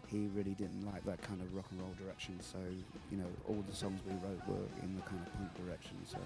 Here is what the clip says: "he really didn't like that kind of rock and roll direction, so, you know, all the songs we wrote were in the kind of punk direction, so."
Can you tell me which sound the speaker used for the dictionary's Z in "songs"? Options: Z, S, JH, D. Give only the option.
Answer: Z